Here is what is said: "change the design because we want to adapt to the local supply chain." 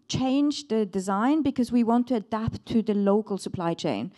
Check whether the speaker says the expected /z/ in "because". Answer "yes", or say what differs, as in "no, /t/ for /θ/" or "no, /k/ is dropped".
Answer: yes